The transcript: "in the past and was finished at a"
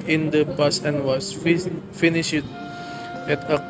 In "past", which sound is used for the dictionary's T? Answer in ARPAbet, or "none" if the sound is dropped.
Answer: none